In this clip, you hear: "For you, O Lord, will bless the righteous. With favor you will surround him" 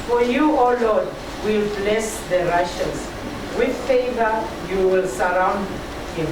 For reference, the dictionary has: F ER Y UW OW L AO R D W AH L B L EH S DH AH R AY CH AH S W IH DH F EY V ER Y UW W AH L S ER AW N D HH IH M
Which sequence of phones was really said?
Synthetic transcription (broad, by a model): F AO Y UW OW L AO D W AH L B L EH S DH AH R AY SH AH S W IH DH F EY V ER Y UW W AH L S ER AW N D HH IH M